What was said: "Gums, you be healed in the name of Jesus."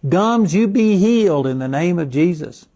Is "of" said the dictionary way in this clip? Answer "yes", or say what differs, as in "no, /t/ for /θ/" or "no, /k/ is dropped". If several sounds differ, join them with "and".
yes